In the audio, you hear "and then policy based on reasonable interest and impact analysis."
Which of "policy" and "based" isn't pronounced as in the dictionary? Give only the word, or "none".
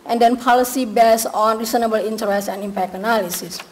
based